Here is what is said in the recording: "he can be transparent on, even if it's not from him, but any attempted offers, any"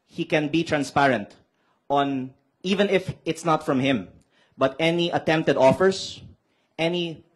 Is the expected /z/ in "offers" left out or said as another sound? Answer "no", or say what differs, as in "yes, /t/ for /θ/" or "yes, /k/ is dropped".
yes, /s/ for /z/